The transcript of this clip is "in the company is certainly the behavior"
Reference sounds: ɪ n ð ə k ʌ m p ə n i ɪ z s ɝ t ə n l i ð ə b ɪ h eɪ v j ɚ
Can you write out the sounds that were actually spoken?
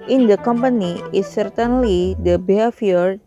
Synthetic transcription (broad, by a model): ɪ n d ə k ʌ m p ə n i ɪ s ɝ t ə n l i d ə b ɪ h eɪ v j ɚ